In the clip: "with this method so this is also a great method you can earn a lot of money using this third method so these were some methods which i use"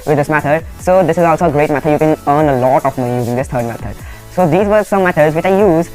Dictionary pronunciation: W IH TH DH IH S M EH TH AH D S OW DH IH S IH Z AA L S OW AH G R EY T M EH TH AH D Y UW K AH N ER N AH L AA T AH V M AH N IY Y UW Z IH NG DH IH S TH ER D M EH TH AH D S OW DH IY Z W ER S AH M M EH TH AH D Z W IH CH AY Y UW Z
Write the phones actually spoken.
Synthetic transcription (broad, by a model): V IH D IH S M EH T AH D S OW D IH S IH Z AA L S OW AH G R EY T M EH T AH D Y UW K AH N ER N AH L AA T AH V M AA IY Y UW Z IH NG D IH S T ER D M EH T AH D S OW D IY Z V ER S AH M M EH T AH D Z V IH CH AY Y UW Z